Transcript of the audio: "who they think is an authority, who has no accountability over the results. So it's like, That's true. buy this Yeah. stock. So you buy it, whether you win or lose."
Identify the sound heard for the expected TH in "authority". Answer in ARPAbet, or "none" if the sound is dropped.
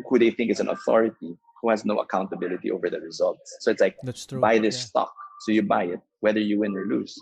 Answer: TH